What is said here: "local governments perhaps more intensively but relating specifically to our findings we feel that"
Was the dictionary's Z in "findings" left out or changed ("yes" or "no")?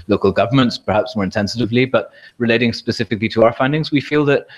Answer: no